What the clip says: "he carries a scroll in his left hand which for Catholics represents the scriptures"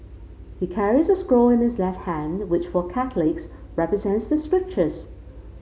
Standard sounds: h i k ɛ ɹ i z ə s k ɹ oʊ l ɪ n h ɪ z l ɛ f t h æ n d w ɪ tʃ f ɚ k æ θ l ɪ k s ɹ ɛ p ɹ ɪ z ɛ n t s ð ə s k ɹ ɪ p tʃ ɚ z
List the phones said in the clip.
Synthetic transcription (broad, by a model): h i k ɛ ɹ i z ə s k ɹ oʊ l ɪ n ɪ z l ɛ f t h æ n w ɪ tʃ f ɚ k æ θ l ɪ k s ɹ ɛ p ɹ ɪ z ɛ n t s ð ə s k ɹ ɪ p tʃ ɚ z